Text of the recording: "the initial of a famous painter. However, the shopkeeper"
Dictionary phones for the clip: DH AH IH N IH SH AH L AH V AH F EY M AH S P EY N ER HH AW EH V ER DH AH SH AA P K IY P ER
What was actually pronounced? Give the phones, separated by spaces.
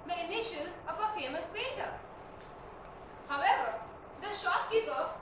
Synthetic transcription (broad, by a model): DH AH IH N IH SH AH N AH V AH F EY M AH S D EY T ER HH AW EH V ER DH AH SH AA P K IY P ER